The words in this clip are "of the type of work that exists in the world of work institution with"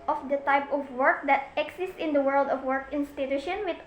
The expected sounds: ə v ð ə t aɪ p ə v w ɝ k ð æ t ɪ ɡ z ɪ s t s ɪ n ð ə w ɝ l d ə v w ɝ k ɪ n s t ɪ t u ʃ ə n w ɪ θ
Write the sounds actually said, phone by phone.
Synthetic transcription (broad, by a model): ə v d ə t aɪ p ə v w ɝ k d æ t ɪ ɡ s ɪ s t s ɪ n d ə w ɝ l d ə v w ɝ k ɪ n s t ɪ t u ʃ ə n w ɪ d